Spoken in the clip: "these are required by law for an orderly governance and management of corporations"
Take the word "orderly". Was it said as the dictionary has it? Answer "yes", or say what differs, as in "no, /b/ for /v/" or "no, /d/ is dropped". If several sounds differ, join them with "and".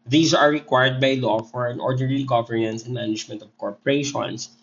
no, /n/ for /l/